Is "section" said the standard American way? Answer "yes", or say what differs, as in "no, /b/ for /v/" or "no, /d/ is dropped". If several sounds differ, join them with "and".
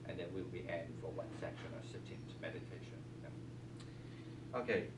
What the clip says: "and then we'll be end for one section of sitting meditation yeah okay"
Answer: yes